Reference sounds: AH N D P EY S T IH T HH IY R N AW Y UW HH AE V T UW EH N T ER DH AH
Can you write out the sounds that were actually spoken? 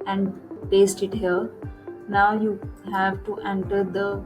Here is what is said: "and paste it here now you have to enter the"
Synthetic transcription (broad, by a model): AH N D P EY S T IH T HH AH L N AW Y UW HH AE V T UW EH N T ER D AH